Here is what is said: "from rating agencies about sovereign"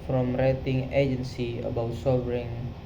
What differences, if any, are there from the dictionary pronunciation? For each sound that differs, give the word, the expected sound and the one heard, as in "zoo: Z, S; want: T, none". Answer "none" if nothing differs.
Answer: agencies: Z, none